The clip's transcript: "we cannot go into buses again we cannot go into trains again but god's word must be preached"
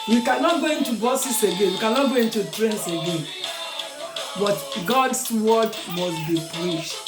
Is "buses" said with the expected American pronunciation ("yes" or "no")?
no